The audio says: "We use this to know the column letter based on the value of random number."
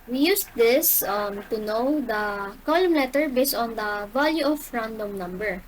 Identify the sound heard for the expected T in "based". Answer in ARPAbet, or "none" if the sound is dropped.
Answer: T